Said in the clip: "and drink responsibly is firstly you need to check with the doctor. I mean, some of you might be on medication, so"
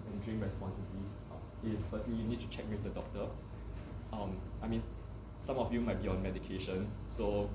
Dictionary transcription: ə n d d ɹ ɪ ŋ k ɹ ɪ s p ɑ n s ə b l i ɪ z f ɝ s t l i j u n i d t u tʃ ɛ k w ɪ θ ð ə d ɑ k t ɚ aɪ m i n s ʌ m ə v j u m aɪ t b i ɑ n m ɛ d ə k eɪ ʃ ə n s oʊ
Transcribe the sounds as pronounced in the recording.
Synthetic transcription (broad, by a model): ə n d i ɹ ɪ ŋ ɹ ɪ s p ɑ n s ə l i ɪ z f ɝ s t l i j u n i d t u tʃ ɛ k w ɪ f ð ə d ɑ k t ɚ aɪ m i n s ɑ m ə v j u m aɪ t b i ɑ n m ɛ d ə k eɪ ʃ ə n s oʊ